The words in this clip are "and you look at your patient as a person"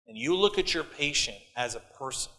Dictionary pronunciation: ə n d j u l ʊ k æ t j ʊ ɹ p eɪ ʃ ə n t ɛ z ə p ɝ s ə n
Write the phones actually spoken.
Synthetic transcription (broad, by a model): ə n j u l ʊ k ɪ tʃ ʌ ɹ p eɪ ʃ ə n t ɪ z ə p ɝ s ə n